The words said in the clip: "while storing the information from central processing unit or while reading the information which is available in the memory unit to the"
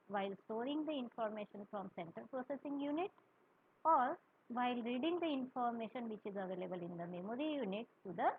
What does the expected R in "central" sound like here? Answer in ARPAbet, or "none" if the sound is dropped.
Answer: none